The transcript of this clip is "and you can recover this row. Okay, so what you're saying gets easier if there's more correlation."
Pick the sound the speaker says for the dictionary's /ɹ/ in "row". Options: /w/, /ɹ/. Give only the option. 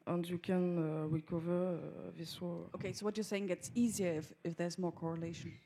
/w/